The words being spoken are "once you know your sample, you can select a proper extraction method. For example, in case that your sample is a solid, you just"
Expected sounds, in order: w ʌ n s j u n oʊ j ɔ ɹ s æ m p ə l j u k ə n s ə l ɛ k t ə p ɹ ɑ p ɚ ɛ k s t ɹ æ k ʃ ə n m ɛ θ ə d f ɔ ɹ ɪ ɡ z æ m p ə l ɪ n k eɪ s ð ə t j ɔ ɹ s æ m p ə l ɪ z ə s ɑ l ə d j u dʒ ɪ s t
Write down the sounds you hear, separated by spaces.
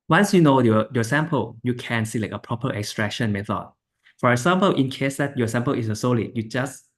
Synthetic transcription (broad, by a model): w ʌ n s j u n oʊ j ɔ s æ m p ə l j u k ə n s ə l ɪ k ə p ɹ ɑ p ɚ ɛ k s t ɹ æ k ʃ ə n m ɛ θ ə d f ɔ ɹ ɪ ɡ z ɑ m p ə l ɪ n k eɪ s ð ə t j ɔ s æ m p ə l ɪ s ə s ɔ l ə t j u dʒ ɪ s